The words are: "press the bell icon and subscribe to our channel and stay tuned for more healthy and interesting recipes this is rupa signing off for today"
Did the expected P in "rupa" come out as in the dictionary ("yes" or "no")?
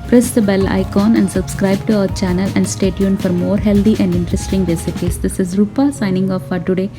yes